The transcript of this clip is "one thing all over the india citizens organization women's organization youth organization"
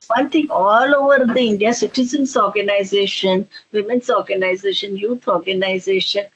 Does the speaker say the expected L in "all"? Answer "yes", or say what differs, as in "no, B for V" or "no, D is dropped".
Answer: yes